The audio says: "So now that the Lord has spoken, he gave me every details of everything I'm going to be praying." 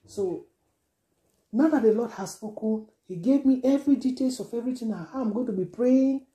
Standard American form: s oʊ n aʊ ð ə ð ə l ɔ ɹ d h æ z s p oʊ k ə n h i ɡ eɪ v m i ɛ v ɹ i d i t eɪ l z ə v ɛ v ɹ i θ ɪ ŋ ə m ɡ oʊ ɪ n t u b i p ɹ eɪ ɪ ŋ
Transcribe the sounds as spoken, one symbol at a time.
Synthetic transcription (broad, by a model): s oʊ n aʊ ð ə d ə l ɔ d h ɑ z s p oʊ k ə n h i ɡ eɪ v m i ɛ v ɹ i d i t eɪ l s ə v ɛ v ɹ i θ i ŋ ə m ɡ oʊ ɪ n t u b i p ɹ eɪ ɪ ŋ